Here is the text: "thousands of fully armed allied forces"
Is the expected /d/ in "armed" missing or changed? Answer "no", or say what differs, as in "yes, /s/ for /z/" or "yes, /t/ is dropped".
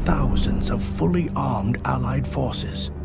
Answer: no